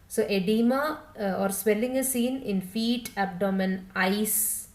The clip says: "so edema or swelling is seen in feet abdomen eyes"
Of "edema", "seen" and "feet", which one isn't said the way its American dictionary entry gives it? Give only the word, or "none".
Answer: none